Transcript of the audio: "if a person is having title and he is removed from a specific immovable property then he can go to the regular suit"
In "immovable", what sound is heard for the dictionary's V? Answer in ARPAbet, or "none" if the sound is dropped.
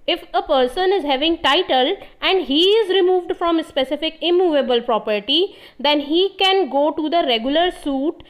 V